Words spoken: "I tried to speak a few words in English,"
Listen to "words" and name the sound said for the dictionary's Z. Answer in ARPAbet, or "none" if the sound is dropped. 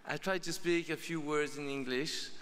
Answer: Z